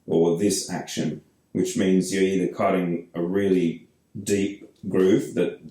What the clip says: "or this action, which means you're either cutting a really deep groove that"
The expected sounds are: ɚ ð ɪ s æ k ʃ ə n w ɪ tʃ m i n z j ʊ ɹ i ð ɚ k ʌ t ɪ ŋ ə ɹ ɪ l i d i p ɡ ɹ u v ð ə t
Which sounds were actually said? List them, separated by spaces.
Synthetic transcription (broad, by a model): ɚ ð ɪ s æ k ʃ ə n w ɪ tʃ m i n z j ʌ ɹ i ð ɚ k ʌ t ɪ ŋ ə ɹ ɪ l i d i p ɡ ɹ u f ð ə t